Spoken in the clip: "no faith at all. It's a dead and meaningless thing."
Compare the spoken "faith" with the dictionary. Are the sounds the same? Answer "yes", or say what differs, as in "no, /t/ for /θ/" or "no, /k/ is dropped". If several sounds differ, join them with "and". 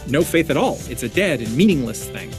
yes